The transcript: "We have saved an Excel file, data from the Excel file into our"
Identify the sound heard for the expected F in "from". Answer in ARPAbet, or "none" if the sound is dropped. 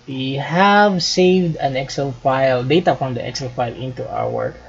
P